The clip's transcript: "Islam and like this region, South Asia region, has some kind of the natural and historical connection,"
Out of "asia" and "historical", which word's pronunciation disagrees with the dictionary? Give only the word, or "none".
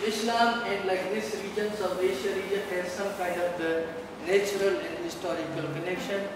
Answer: asia